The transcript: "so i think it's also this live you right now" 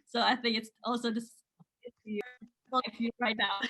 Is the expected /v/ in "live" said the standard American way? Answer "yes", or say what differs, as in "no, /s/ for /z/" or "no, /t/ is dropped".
no, /f/ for /v/